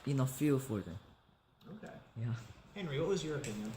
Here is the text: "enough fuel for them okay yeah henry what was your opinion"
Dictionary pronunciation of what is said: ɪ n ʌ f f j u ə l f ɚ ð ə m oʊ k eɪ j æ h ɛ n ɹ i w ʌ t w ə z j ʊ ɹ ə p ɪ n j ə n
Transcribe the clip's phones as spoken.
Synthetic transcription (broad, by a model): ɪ n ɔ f f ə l f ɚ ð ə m oʊ k eɪ j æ h ɛ n ɹ i w ʌ t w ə z j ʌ ɹ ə p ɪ n j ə n